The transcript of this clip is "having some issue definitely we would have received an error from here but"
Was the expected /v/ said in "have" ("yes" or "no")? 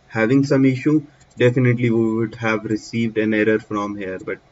yes